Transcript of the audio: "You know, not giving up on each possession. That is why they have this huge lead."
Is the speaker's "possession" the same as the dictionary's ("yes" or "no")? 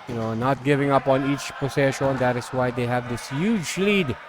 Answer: no